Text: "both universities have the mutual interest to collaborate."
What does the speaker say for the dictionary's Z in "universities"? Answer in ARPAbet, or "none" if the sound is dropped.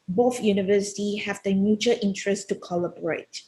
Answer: none